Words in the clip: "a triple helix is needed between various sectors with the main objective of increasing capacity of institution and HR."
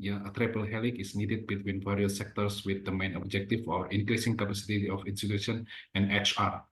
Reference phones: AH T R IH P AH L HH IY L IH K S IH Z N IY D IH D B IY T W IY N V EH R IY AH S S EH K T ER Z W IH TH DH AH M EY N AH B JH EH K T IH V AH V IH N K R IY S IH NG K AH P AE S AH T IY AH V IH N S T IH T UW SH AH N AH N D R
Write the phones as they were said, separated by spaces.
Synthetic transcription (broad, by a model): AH T R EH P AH L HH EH L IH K IH S N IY D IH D B IY T W IY N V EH R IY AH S S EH K T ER S W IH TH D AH M EY N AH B JH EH K T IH F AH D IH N K R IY S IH NG K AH P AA S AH T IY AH F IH N S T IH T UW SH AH N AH N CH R